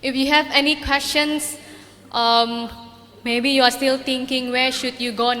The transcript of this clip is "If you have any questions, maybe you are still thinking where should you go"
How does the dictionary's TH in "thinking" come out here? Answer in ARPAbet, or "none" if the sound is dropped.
T